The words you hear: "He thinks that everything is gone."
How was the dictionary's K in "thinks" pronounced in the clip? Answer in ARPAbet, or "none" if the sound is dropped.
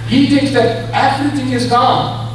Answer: K